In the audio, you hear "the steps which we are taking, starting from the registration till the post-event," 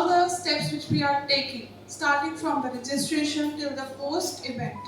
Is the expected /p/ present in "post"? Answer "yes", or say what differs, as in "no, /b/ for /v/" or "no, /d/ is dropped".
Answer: no, /f/ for /p/